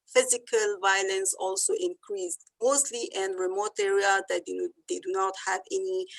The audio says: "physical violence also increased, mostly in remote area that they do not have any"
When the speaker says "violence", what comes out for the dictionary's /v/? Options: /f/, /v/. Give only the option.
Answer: /v/